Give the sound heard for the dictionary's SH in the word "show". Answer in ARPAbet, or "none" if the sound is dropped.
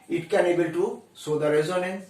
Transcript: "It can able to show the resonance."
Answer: S